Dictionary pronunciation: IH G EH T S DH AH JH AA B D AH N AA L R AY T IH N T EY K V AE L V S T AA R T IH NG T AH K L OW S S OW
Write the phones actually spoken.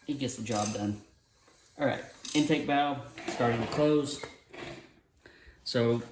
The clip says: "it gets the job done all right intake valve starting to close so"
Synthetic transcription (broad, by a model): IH G EH T S DH AH JH AA B D AH N AA L R AY T IH N T EY K B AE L S T AA R T IH NG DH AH K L OW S S OW